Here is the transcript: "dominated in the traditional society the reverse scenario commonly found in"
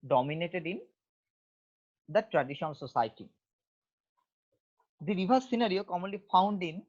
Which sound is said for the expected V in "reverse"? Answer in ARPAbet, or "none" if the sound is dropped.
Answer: B